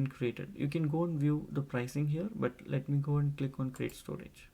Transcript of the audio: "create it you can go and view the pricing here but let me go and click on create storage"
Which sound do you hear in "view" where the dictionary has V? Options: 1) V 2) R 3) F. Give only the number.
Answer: 1